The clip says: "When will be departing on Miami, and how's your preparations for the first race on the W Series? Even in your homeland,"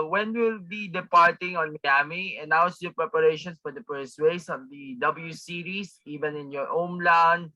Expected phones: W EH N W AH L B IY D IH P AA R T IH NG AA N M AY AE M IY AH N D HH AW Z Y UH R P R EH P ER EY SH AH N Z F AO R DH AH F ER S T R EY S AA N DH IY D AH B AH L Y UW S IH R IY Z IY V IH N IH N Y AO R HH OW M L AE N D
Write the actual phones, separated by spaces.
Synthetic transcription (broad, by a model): W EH N W AH L B IY D IH P AA R T IH NG AA N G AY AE M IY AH N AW S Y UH P R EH P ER EY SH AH N S F AO R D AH P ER S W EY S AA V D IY D AH B AH L Y UW S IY R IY S IY V IH N IH N Y AO R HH OW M L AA N